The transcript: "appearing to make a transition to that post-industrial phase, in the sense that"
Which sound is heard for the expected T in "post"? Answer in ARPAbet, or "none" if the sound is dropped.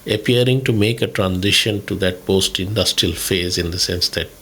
T